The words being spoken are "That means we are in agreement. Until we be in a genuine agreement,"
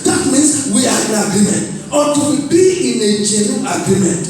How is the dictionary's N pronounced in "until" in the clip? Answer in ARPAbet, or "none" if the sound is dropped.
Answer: none